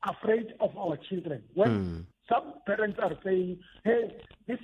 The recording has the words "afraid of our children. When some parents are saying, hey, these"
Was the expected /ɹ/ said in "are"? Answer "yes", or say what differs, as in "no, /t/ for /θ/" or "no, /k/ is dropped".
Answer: yes